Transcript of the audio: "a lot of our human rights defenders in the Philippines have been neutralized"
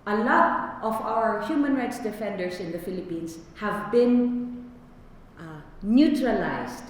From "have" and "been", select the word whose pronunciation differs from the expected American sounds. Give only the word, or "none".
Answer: none